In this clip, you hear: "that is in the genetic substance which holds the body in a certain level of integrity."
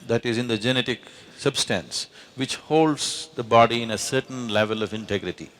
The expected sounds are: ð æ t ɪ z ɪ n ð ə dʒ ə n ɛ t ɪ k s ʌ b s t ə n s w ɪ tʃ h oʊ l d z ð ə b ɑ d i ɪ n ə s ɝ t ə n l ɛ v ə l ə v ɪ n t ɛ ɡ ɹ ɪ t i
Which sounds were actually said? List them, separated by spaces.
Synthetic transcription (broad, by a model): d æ t ɪ z ɪ n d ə dʒ ə n ɛ t ɪ k s ʌ b s t ə n s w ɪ tʃ h oʊ l d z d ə b ɑ d i ɪ n ə s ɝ t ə n l ɛ v ə l ə v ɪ n t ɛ ɡ ɹ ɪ t i